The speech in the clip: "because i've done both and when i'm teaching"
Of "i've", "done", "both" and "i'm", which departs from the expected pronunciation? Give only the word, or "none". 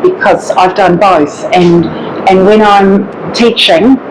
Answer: none